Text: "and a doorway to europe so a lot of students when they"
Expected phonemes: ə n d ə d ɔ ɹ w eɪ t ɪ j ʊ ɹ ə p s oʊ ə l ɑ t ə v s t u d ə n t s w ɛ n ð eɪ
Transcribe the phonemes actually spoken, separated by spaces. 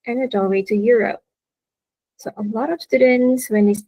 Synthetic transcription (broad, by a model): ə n ə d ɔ l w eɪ t ɪ j ʊ ɹ ə p s oʊ ə l ɑ t ə v s t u d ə n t s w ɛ n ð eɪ